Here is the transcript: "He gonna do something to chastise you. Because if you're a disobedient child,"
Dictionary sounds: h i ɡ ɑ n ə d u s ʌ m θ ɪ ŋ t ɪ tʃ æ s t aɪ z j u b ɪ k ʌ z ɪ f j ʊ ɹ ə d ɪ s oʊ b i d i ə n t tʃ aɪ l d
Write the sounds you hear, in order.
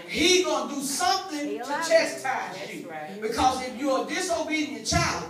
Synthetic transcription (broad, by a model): h i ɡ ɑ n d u s ʌ m θ ɪ ŋ t ɪ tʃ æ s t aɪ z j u b ɪ k ʌ z ɪ f j ə d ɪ s oʊ b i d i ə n tʃ aɪ l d